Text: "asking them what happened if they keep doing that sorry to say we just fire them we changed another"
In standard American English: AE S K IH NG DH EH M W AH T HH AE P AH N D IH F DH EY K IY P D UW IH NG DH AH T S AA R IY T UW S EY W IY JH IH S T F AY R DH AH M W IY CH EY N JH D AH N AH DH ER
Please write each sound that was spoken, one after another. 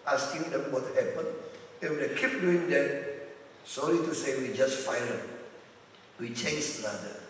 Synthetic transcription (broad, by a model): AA S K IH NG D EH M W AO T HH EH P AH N IH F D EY K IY P D UW IH NG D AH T S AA L IY T UW S EY W IY JH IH S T F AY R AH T W IY CH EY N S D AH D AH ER